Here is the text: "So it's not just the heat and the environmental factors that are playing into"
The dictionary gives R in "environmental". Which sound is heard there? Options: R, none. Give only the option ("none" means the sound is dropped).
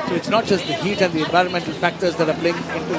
R